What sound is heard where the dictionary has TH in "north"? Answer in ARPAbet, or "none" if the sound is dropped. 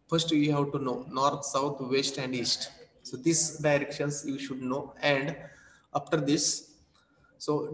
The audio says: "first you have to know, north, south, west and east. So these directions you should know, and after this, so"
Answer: T